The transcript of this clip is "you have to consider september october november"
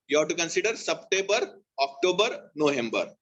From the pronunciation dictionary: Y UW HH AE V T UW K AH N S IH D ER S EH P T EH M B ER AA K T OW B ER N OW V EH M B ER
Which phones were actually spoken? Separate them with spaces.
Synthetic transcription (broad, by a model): Y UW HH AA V T UW K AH N S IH D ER S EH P T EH B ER AA K T OW B ER N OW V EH M B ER